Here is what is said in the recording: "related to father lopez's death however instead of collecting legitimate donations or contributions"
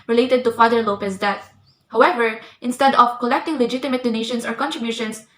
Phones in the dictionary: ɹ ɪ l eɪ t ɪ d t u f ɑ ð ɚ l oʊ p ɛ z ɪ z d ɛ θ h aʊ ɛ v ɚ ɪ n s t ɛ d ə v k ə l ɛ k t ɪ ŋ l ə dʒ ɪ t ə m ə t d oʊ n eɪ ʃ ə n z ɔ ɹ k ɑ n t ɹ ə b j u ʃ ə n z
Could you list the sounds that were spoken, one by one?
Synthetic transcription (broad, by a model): ɹ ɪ l eɪ t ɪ d t u f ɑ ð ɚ l oʊ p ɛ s d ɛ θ h aʊ ɛ v ɚ ɪ n s t ɛ d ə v k ə l ɛ k t ɪ ŋ l ə dʒ ɪ t ə m ə t d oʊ n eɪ ʃ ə n s ɔ ɹ k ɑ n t ɹ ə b j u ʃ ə n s